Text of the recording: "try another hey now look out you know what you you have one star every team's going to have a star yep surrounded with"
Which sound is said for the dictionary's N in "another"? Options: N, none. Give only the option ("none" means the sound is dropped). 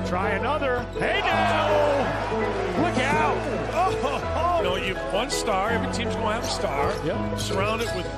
N